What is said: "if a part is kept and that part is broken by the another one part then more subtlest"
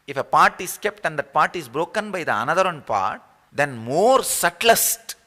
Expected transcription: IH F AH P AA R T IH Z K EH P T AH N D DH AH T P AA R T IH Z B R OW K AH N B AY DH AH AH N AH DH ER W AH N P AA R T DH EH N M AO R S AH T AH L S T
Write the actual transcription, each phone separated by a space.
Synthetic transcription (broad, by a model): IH F AH P AA R T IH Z K EH P T AH N D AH T P AA R T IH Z B R OW K AH N B AY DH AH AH N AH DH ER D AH N P AA R T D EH N M AO R S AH T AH S T